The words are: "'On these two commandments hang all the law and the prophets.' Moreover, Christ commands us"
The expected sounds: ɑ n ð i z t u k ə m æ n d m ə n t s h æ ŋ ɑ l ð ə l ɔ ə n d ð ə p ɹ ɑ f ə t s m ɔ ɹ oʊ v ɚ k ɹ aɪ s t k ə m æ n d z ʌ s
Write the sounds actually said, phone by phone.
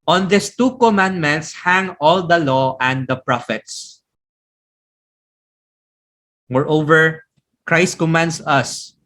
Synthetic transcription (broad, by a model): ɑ n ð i s t u k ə m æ n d m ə n t s h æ ŋ ɑ l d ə l ɔ ə n d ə p ɹ ɑ f ə t s m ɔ ɹ oʊ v ɚ k ɹ aɪ s t k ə m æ n d s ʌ s